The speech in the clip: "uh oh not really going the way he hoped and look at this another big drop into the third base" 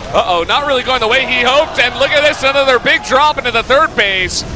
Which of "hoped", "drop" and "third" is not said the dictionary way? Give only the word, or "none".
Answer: none